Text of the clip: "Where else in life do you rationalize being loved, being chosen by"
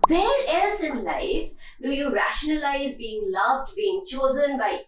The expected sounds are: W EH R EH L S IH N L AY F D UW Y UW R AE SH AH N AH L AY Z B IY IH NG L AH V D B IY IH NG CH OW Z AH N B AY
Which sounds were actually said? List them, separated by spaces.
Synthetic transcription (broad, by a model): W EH R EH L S IH N L AY F D UW Y UW R AE SH AH N AH L AY Z B IY IH NG L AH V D B IY IH NG CH OW Z AH N B AY